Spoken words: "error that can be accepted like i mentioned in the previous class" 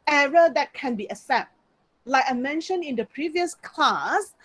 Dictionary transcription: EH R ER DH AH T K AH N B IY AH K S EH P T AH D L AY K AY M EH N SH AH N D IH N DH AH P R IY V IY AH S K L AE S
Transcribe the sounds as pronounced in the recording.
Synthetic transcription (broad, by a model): EH R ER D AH T K AH N B IY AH S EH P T L AY K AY M EH N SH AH N IH N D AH P R IY V IY AH S K L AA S